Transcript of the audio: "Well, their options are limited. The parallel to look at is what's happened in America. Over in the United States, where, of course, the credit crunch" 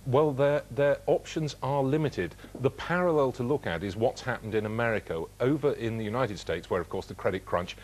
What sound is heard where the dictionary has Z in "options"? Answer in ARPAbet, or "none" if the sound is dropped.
Z